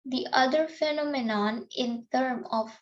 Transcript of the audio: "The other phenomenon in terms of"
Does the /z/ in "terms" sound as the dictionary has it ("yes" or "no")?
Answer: no